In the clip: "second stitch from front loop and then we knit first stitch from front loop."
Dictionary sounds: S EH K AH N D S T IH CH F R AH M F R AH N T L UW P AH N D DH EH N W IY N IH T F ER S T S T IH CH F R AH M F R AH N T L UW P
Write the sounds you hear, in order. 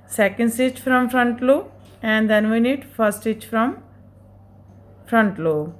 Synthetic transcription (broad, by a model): S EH K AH N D S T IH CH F R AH M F R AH N T L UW AH N D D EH N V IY N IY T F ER T S T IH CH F R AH M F R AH N T L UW